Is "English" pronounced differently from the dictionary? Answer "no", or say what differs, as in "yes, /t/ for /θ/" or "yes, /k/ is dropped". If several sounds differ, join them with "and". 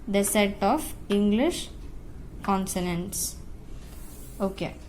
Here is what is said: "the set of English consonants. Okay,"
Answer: no